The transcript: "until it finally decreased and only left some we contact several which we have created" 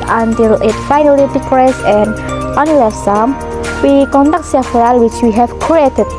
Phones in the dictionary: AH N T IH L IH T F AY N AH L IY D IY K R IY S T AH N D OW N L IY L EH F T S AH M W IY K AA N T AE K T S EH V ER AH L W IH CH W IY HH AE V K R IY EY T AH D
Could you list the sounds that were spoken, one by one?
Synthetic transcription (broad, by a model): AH N T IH L IH T F AY N AH L IY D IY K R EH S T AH N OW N IY L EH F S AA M W IY K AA N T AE K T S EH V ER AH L W IH CH W IY HH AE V K R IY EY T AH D